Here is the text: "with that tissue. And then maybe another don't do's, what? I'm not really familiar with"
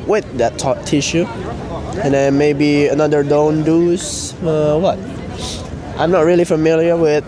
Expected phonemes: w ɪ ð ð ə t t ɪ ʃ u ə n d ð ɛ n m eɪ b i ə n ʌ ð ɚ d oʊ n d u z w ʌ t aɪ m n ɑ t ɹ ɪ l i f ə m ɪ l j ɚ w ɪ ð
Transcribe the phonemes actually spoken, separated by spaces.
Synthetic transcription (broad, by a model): w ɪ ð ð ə t t ɪ ʃ u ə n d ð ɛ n m eɪ b i ə n ʌ ð ɚ d oʊ n d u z w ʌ t aɪ m n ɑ t ɹ ɪ l i f ə m ɪ l j ɚ w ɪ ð